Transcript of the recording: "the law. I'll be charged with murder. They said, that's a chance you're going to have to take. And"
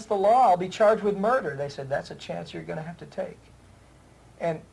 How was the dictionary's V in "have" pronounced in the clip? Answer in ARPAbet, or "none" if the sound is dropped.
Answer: F